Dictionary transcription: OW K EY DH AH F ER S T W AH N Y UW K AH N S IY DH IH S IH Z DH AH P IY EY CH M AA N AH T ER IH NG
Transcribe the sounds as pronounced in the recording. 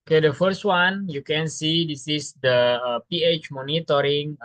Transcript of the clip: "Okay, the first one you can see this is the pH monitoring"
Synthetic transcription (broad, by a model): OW K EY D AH F ER S T W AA N Y UW K AH N S IY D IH S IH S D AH P IY EY CH M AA N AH T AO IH NG